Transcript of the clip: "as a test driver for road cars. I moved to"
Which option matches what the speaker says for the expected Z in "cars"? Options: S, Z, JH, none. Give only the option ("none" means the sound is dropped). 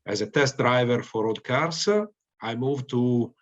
S